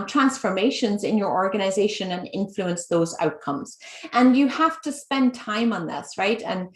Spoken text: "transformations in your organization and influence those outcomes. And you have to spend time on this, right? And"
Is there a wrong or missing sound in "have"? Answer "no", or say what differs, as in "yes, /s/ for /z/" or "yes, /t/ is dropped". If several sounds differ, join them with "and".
yes, /f/ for /v/